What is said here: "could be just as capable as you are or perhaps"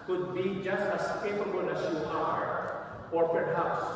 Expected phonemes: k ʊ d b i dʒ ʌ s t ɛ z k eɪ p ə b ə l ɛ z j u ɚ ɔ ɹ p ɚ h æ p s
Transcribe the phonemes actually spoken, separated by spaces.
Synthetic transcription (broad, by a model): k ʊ d b i dʒ ʌ s t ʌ s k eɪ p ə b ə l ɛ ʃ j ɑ ɚ ɔ ɹ p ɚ h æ p s